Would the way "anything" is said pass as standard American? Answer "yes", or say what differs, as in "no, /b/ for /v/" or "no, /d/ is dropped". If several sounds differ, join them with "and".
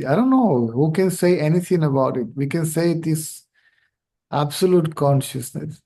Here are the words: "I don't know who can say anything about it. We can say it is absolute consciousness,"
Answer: no, /t/ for /θ/